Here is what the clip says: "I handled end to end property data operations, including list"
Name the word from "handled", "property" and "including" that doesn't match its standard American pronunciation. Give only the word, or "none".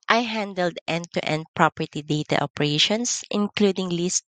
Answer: none